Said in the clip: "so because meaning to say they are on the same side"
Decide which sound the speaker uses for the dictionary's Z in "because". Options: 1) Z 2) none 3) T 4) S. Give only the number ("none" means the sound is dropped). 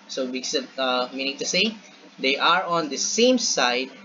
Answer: 2